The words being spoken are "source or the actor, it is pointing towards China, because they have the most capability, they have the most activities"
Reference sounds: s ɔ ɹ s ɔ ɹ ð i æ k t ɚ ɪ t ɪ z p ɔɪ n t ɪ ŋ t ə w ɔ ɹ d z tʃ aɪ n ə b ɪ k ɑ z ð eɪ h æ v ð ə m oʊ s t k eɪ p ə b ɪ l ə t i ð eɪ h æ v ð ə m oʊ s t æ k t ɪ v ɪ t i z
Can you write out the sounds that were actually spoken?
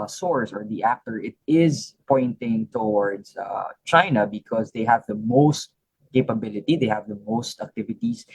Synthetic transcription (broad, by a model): s ɔ ɹ s ɔ ɹ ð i æ k t ɚ ɪ t ɪ z p ɔɪ n t ɪ ŋ t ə w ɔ ɹ d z tʃ aɪ n ə b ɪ k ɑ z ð eɪ h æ v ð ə m oʊ s t k eɪ p ə b ɪ l ə t i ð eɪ h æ v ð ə m oʊ s t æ k t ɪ v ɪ t i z